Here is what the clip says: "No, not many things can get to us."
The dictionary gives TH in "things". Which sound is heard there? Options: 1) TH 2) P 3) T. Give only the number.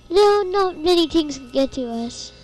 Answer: 3